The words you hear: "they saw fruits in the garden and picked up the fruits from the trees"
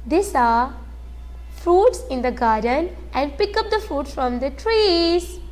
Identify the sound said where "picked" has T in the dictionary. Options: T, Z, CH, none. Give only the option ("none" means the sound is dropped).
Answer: none